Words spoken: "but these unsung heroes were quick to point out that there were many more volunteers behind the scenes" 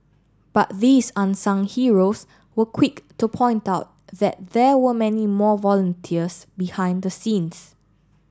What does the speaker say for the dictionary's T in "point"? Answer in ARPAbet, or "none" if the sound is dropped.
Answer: T